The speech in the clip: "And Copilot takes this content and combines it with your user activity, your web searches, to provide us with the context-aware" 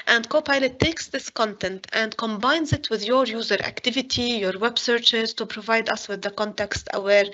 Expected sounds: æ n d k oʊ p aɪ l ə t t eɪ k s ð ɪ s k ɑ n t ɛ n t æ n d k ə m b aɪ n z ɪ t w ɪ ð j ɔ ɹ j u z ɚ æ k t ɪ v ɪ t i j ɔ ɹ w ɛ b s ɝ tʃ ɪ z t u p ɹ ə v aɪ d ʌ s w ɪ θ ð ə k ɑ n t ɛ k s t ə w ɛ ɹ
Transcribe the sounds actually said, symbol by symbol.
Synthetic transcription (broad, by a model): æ n d k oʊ p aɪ l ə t t eɪ k s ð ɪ s k ɑ n t ɛ n t æ n d k ə m b aɪ n z ɪ t w ɪ ð j ɔ ɹ j u z ɚ æ k t ɪ v ɪ t i j ɔ ɹ w ɛ b s ɝ tʃ ɪ z t u p ɹ ə v aɪ d ʌ s w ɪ ð ə k ɑ n t ɛ k s t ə w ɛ ɹ